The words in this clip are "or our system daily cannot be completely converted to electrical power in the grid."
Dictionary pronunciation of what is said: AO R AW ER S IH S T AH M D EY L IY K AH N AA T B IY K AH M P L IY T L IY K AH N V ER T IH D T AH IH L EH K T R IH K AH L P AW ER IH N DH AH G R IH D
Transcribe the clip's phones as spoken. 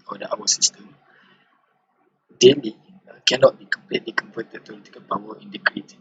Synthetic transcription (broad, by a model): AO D AW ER S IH S T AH M D EY L IY K AH N AA T B IY K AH M P L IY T L IY K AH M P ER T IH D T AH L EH T IH K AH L P AW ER IH N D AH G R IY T